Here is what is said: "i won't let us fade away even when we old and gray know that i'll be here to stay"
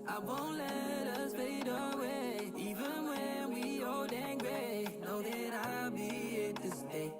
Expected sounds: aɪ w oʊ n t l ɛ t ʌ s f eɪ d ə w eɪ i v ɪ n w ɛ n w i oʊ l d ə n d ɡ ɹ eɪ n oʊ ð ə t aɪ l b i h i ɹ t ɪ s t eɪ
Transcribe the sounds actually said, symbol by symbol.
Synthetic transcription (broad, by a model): aɪ w oʊ n t l ɛ t ʌ s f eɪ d ə w eɪ i v ɪ n w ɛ n w i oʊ d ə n ɡ ɹ eɪ n oʊ ð ə t aɪ l b i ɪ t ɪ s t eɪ